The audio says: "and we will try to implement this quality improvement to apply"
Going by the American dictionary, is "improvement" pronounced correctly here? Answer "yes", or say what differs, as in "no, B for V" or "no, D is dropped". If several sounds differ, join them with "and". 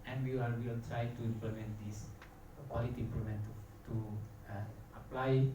no, L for R and V is dropped